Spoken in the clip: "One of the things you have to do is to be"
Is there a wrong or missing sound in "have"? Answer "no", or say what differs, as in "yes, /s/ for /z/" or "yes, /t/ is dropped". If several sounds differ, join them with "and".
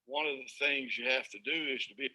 yes, /f/ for /v/